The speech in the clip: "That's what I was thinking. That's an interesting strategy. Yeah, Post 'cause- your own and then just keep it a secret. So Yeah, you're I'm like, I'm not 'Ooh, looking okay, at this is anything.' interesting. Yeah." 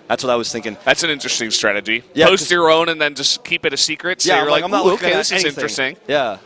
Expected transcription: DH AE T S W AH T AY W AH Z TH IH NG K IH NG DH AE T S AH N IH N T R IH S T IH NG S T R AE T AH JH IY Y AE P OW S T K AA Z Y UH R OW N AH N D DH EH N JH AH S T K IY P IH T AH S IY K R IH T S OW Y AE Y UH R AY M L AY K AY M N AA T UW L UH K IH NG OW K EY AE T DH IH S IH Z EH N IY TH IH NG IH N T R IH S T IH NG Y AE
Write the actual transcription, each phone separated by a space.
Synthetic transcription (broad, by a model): DH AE T S W AH T AY W AH Z TH IH NG K IH NG DH AE T S AH N IH N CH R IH S T IH NG S T R AE T AH JH IY Y AE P OW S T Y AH R OW N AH N DH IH N JH AH S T K IY P IH T AH S IY K R IH T S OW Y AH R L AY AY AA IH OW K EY DH IH S IH Z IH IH N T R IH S T IH NG Y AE